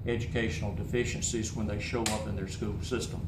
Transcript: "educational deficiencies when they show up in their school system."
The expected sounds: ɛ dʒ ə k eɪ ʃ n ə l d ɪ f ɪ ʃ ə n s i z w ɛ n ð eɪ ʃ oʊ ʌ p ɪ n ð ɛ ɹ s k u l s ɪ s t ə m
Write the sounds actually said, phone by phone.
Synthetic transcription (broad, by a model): ɛ dʒ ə k eɪ ʃ n l d ɪ f ɪ ʃ ə n s i z w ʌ n ð eɪ ʃ oʊ ʌ p ɪ n ð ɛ ɹ s k u l s ɪ s t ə m